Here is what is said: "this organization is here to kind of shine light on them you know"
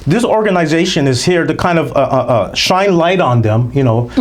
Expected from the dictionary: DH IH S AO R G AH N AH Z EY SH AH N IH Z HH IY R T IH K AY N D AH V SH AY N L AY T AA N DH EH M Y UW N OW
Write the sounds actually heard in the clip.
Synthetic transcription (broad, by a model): DH IH S AO R G AH N AH Z EY SH AH N IH Z HH IY R T IH K AY N D AH V SH AY N L AY T N DH EH M Y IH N OW